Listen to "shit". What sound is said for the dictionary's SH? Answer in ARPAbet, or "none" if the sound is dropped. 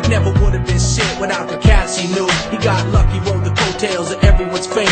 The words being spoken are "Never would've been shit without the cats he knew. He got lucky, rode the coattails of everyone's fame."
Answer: S